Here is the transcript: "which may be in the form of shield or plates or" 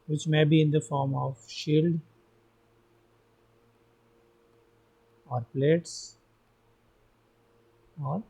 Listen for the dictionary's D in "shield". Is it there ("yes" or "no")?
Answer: yes